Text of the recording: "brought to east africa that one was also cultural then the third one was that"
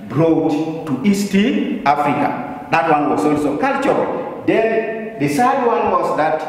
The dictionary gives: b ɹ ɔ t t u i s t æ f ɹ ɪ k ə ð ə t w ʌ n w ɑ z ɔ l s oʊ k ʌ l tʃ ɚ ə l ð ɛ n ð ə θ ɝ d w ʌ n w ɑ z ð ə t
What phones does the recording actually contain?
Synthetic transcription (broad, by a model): b ɹ ɔ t t u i s t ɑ f ɹ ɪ k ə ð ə t w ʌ n w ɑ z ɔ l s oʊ k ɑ l tʃ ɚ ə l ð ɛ n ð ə s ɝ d w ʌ n w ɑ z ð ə t